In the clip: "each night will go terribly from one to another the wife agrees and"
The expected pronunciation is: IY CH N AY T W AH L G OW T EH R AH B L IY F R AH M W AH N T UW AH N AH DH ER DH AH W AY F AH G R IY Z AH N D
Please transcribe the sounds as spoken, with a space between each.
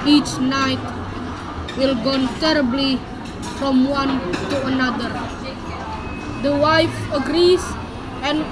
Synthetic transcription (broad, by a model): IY CH N AY T W AH L G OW T EH R AH B L IY F R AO M W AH N T UW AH N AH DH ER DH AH W AY F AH G R IY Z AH N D